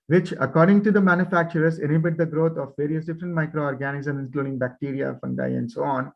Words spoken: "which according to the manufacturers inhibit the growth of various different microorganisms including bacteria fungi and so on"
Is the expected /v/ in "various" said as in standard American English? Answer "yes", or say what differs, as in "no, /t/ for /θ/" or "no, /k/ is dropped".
yes